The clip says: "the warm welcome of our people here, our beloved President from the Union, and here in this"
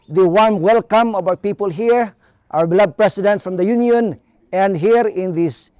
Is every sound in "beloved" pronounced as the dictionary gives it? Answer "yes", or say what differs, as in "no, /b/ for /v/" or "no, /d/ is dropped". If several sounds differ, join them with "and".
no, /v/ is dropped